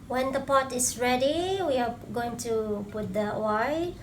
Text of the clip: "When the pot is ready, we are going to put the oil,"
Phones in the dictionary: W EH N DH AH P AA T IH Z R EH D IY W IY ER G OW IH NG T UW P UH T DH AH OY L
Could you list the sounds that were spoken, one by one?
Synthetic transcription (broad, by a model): W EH N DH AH P AA T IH S R EH D IY W IY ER G OW IH NG T UW P UH T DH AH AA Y